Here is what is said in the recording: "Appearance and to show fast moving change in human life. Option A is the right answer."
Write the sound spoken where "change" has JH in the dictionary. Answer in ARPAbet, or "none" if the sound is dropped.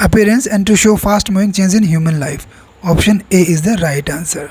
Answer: Z